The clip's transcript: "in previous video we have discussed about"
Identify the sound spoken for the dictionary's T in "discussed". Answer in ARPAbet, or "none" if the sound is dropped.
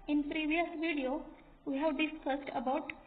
T